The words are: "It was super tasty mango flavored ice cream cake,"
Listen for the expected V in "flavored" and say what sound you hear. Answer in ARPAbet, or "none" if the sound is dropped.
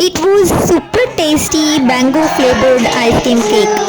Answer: B